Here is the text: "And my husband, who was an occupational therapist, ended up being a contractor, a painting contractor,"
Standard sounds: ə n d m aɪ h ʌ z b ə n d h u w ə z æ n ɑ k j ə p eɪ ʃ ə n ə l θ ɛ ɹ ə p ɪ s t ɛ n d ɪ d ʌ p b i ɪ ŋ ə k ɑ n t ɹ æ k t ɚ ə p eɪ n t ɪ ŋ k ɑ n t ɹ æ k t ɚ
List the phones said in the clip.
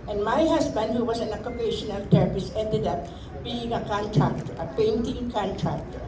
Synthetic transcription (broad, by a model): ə n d m aɪ h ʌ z b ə n d h u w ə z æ n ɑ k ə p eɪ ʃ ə n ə l t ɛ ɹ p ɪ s ɛ n d ɪ d ʌ p b i ɪ ŋ ə k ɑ n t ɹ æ k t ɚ ə p eɪ n t ɪ ŋ k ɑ n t ɹ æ k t